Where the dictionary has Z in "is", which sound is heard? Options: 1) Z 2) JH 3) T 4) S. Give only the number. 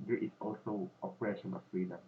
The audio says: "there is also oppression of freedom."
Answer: 4